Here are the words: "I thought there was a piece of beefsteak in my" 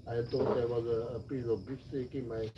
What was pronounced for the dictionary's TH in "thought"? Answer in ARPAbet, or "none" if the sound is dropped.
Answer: T